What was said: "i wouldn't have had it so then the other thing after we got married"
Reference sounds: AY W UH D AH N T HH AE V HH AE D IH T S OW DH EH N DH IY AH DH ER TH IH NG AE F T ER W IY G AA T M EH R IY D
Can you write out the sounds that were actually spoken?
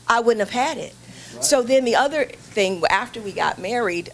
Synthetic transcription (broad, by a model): AY W UH D N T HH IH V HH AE D IH T S OW DH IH N DH IY AH DH ER TH IH NG AE F T ER W IY G AA T M EH R IY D